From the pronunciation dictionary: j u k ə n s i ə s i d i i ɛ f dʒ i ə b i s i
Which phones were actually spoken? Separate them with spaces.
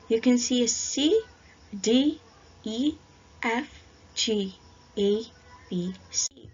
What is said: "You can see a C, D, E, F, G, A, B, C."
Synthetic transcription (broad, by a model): j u k ə n s i ə s i d i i ɛ f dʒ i ə b i s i